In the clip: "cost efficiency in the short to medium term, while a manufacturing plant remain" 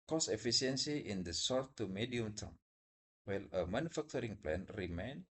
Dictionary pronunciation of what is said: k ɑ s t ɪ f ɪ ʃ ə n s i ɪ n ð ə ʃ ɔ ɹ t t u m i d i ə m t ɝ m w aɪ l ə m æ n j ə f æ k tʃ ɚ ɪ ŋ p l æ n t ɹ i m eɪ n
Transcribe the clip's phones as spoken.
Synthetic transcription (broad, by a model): k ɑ s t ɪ f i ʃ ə n s i ɪ n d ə s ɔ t t u m i d i ə m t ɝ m w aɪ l ə m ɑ n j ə f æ k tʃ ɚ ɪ ŋ p l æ n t ɹ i m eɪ n